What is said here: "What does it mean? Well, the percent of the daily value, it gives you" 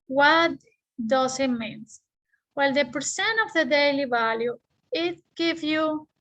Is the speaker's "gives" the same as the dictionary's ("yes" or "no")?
no